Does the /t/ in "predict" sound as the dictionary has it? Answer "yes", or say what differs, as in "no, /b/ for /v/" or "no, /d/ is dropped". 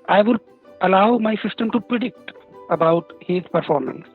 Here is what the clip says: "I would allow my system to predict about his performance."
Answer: yes